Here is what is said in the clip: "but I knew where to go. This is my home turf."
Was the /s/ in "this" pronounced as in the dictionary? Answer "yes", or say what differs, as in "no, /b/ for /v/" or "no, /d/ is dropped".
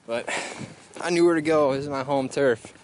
no, /s/ is dropped